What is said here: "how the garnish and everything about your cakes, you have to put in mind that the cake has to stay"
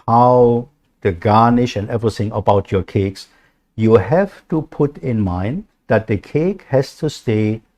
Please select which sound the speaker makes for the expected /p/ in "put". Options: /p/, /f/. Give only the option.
/p/